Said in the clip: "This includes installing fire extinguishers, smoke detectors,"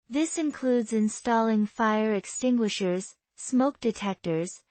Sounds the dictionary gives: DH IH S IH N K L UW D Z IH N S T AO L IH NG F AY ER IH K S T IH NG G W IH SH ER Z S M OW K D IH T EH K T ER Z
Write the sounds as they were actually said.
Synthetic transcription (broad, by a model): DH IH S IH N K L UW D Z IH N S T AO L IH NG F AY ER IH K S T IH NG G W IH SH ER Z S M OW K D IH T EH K T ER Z